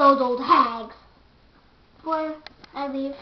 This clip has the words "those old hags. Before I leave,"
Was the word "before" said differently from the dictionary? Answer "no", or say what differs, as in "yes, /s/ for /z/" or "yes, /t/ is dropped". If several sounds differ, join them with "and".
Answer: yes, /f/ is dropped